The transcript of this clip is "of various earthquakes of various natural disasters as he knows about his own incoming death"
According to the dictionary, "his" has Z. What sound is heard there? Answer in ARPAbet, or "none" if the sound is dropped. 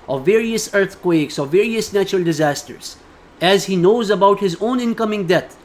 Z